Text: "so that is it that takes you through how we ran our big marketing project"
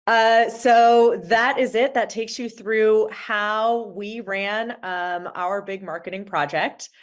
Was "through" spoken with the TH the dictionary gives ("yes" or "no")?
yes